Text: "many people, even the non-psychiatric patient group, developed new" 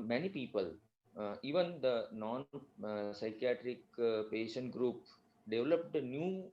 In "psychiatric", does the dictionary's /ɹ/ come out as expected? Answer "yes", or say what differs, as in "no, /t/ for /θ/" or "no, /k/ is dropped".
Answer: yes